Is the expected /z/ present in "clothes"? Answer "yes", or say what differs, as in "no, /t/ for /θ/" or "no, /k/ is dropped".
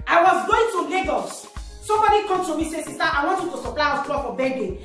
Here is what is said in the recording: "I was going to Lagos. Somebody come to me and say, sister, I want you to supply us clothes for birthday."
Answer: no, /z/ is dropped